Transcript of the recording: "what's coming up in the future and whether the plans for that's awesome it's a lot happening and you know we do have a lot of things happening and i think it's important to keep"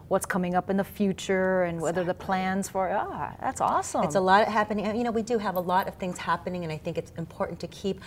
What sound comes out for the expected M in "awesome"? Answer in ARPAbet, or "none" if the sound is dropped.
none